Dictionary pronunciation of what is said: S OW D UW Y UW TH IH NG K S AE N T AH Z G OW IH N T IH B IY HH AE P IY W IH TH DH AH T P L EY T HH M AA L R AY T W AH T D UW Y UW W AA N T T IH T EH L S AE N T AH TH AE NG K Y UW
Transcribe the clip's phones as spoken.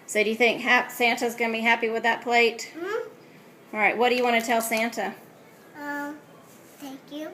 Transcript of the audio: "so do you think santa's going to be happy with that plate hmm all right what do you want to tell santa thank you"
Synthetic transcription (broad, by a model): S OW D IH Y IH TH IH NG K S AE N T AH Z G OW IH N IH B IY HH AE P IY W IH DH AH T P L EY T AA L R AY T W AH T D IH Y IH W AA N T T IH T EH L S AE N T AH TH AE NG K Y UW